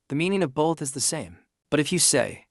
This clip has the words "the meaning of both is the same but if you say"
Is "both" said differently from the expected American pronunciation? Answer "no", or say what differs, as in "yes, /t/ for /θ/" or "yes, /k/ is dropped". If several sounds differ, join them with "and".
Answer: no